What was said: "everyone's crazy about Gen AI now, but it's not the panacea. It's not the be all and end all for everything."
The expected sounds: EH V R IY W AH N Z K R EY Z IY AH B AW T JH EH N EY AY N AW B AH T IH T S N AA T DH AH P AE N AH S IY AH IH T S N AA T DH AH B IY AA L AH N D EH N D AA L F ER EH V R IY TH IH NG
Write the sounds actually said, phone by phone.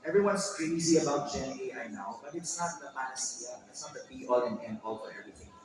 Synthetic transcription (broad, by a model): EH V R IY W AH N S K R EY Z IY AH B AW T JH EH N EY AY N AW B AH T IH T S N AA T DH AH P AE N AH S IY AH IH T S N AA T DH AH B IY AA L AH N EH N AA L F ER EH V R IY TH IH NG